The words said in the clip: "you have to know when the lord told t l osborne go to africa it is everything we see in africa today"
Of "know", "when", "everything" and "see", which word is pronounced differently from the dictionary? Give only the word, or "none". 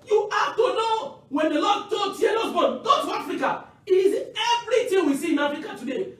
everything